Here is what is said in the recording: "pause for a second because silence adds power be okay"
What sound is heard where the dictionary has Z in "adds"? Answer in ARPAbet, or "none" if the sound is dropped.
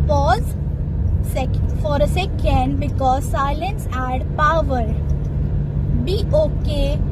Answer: none